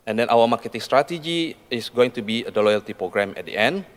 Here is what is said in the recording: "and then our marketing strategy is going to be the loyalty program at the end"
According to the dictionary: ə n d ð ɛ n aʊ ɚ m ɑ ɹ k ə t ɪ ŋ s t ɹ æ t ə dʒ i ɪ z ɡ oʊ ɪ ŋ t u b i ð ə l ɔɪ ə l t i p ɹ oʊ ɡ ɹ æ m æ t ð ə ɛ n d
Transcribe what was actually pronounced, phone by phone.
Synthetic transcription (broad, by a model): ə n d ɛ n aʊ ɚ m ɑ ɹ k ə t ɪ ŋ s t ɹ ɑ t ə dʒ i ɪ s ɡ oʊ ɪ ŋ t u b i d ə l ɔɪ ə l t i p ɹ oʊ ɡ ɹ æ m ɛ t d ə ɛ n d